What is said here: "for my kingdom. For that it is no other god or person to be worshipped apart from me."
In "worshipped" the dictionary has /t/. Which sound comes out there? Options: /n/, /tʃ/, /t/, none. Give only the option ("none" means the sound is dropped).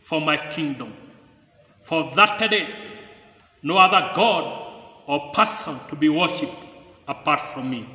/t/